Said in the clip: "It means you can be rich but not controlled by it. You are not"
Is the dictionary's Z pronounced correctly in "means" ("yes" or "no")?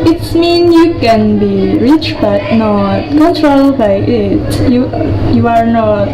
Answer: no